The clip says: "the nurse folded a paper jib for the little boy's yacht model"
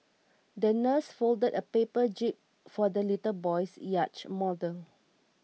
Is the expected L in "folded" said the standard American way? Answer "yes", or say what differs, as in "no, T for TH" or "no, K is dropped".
yes